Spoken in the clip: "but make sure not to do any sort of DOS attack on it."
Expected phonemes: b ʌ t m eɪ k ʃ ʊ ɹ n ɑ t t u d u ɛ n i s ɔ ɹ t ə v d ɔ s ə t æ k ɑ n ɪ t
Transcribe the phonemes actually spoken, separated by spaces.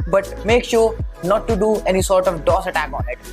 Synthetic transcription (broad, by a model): b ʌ t m eɪ k ʃ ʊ ɹ n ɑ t t u d u ɛ n i s ɔ ɹ t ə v d ɔ s ə t æ k ɑ n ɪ t